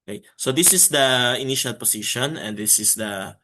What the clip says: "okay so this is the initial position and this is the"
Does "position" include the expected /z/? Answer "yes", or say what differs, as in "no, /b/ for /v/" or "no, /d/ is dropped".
no, /s/ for /z/